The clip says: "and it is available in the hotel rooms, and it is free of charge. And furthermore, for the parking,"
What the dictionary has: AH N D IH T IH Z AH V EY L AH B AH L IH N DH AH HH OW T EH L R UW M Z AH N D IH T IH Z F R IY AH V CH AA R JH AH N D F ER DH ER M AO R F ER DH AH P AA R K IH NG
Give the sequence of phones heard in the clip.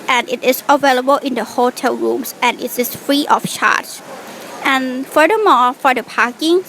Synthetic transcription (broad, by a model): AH N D IH T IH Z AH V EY L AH B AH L IH N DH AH HH OW T EH L R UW M S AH N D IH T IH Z F R IY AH F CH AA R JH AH N F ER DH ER M AO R F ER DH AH P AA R K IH NG